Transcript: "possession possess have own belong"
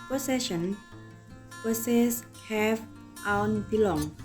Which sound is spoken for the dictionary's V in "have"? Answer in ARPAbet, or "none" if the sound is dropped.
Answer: F